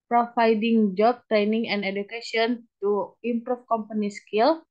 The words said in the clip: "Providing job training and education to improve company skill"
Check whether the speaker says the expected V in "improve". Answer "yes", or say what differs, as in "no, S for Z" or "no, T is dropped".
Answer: no, F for V